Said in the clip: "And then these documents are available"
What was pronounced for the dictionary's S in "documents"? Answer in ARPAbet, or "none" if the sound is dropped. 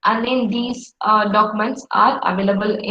S